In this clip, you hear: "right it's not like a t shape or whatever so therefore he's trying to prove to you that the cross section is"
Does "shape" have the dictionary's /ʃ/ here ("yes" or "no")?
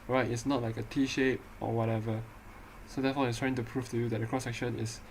yes